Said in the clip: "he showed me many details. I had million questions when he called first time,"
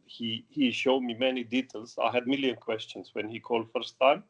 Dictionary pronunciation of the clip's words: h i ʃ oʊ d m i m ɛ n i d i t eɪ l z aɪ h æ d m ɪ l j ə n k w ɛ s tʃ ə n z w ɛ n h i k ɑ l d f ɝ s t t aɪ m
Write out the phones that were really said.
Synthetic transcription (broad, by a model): h i ʃ oʊ d m i m ɛ n i d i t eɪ l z aɪ h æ d m ɪ l j ə n k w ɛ s tʃ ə n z w ɛ n h i k ɑ l d f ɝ s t t aɪ m